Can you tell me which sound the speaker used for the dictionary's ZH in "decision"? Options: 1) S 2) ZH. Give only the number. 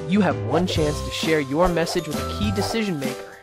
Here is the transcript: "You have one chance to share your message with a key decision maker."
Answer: 2